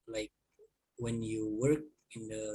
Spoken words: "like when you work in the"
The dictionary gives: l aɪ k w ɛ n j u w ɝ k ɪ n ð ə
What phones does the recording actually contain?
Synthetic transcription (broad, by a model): l aɪ k w ɛ n j u w ɝ k ɪ n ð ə